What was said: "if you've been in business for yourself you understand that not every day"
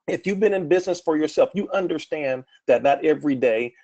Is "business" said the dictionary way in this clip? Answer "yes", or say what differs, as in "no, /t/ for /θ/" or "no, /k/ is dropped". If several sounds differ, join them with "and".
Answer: yes